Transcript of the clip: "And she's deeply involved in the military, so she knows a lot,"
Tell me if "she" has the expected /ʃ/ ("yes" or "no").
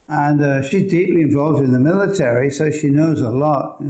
yes